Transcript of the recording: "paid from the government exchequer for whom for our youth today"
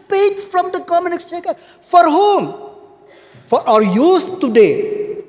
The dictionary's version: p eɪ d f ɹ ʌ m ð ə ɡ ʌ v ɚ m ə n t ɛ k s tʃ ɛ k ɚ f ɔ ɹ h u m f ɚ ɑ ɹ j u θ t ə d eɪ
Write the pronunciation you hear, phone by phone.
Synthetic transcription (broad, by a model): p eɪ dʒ f ɹ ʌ m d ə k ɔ m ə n ɪ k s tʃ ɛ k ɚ f ɔ ɹ h u m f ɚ ɑ ɹ j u s t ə d eɪ